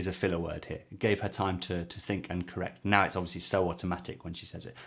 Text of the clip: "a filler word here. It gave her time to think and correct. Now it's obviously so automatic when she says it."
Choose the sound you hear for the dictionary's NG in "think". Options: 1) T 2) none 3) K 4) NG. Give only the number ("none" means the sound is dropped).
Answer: 4